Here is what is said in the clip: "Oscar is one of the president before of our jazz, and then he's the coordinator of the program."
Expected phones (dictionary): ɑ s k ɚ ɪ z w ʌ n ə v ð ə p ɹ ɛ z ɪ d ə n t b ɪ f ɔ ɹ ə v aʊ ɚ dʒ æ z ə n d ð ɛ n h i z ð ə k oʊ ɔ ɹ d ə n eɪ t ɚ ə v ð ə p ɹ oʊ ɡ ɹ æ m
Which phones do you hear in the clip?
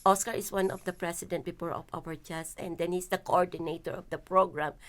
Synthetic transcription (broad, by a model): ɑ s k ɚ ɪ s w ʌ n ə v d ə p ɹ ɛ s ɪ d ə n t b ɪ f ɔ ɹ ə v aʊ ɚ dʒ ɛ s ə n d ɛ n h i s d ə k oʊ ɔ ɹ d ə n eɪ t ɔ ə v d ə p ɹ oʊ ɡ ɹ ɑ m